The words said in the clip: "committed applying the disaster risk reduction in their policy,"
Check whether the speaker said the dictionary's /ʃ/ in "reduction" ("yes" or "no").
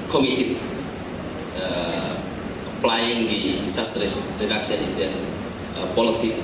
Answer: no